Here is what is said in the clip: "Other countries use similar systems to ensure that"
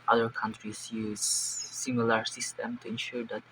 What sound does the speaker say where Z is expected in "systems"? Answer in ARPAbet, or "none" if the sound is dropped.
none